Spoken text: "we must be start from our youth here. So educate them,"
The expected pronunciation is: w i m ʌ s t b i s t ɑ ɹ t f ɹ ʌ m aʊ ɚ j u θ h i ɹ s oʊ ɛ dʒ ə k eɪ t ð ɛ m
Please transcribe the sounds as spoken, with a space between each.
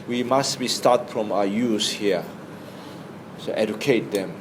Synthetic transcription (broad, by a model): w i m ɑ s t b i s t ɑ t f ɹ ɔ m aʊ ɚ j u s h i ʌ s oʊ ɛ dʒ ə k eɪ t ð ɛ m